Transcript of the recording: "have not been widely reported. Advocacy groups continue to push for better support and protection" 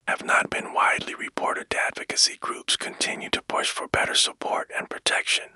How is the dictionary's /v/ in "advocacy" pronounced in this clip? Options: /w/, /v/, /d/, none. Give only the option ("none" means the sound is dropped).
/v/